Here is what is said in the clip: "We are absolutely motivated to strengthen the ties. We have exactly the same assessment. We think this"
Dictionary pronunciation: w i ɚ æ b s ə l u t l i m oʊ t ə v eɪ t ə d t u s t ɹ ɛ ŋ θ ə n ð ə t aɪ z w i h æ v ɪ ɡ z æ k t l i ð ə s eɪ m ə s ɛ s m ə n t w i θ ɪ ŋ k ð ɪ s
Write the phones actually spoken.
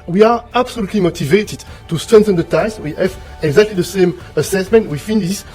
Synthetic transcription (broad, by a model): w i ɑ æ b s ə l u t l i m oʊ t ə v eɪ t ə d t u s t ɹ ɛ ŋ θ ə n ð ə t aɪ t w i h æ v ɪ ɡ z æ k t l i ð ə s eɪ m ə s ɛ s m ə n t w i f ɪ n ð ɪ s